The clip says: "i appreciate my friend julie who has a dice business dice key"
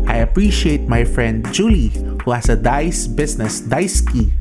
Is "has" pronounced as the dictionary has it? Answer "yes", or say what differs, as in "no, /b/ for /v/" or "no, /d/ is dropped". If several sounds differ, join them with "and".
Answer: no, /s/ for /z/